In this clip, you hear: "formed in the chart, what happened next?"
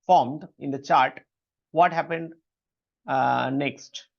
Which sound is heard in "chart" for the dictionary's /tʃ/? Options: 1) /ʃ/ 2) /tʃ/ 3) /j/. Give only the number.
2